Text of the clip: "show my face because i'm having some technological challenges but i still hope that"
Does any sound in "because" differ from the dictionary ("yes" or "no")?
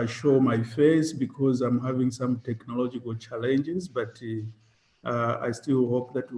no